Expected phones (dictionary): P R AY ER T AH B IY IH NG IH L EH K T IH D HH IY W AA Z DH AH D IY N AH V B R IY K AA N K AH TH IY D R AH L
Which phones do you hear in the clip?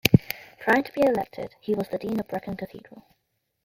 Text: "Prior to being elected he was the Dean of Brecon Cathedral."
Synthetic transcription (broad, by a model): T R AY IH T AH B IY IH IH L EH K T IH D HH IY W AA Z DH AH D IY N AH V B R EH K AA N K AH TH IY D R AH L